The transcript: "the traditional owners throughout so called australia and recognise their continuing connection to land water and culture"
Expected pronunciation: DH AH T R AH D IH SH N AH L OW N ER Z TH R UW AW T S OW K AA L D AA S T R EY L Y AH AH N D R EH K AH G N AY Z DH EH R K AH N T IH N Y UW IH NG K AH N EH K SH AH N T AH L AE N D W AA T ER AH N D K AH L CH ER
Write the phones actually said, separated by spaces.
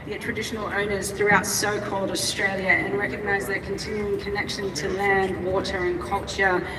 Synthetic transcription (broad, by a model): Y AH T R AH D IH SH N AH L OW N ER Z TH R UW AW T S OW K AA L D AA S T R EY L Y AH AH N R EH K AH G N AY Z DH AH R K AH N T IH N Y UW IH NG K AH N EH K SH AH N T AH L AE N D W AA T ER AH N K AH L CH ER